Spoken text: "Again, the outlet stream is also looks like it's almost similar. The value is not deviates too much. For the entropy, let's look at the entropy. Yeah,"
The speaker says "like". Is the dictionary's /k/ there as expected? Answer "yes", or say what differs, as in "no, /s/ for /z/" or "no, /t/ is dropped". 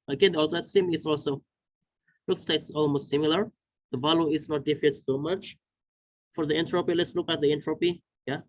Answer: no, /k/ is dropped